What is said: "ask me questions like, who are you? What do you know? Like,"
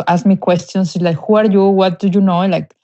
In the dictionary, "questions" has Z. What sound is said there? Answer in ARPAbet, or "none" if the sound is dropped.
S